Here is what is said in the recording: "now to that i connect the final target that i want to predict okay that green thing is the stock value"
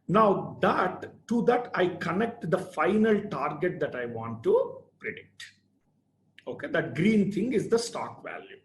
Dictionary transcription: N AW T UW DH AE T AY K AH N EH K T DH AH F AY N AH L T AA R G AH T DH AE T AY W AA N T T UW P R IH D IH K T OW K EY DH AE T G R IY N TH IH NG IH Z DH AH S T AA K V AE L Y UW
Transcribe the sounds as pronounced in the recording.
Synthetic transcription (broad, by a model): N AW T UW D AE T AY K AH N EH K T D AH F AY N AH L T AA R G AH T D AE T AY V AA N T T UW P R IH D IH K T OW K EY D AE T G R IY N T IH NG IH Z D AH S T AA K V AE L Y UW